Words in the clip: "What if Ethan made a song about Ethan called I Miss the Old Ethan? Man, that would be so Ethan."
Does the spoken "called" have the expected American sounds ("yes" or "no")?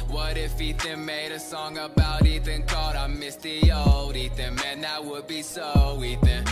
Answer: no